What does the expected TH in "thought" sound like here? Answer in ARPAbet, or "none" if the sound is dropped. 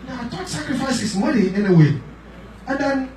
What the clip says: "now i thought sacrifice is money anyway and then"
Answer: T